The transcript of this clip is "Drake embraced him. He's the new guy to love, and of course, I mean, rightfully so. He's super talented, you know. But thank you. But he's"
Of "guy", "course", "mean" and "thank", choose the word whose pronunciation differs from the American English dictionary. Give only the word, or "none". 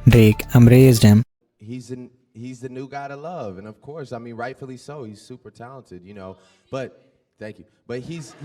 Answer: none